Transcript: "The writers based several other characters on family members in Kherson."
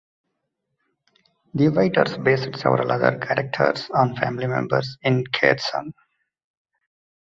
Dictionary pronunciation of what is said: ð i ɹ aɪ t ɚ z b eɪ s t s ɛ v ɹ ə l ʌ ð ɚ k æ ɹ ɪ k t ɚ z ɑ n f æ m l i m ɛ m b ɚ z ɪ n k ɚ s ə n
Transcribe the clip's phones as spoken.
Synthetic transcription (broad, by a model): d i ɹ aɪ t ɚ s b eɪ s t s ɛ v ɹ ə l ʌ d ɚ k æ ɹ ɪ k t ɚ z ɑ n f æ m l i m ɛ m b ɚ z ɪ n k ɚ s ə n